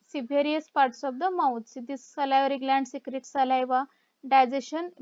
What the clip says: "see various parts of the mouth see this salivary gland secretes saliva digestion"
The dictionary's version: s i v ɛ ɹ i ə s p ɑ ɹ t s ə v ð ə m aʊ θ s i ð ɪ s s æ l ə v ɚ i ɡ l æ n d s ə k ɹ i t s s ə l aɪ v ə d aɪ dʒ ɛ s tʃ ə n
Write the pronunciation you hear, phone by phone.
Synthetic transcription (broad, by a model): s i b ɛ ɹ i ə s p ɑ ɹ t s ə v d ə m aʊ t s i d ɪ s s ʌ l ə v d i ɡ l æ n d s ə k ɹ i t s s ə l aɪ v ə d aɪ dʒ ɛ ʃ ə n